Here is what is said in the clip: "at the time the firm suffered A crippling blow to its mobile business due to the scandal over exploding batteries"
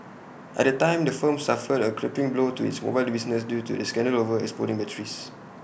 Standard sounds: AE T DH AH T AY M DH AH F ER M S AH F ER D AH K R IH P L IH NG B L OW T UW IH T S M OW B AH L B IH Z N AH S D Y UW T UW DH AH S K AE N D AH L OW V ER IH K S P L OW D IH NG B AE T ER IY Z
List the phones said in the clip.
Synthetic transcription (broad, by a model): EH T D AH T AY M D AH F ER M S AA F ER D AH K R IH P IH NG B L OW T UW IH T S M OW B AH L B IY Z N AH S D Y UW T UW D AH S K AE N D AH L OW V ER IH K S P OW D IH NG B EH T ER IY S